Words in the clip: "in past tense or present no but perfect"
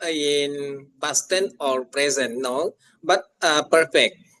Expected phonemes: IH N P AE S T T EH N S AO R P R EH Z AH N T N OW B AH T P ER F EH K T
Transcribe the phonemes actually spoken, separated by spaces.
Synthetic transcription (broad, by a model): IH N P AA S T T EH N AO R P R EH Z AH N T N OW B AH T P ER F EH K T